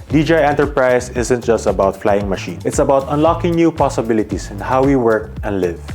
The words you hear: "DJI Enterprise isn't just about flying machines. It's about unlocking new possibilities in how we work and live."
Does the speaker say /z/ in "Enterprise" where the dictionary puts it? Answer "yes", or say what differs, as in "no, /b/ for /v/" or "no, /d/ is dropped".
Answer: no, /s/ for /z/